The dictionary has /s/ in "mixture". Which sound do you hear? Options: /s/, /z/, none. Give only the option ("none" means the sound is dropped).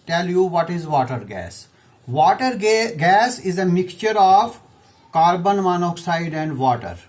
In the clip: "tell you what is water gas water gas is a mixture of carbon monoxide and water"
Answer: none